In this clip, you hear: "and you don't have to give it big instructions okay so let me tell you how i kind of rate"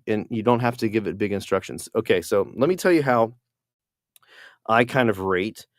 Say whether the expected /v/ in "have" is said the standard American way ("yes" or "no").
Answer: no